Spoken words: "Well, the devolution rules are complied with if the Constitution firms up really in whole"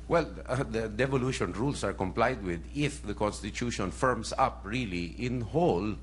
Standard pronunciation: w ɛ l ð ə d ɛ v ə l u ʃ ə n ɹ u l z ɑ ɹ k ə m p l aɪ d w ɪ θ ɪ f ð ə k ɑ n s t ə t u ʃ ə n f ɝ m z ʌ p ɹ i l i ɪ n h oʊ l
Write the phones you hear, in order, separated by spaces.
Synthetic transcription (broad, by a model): w ɛ l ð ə d ɛ v ə l u ʃ ə n ɹ u l s ɑ ɹ k ə m p l aɪ d w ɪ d ɪ f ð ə k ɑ n s t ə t u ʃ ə n f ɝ m s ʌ p ɹ i l i ɪ n h oʊ l